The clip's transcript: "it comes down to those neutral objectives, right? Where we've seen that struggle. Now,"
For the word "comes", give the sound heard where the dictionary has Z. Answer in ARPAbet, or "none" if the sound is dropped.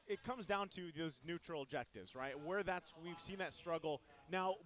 Z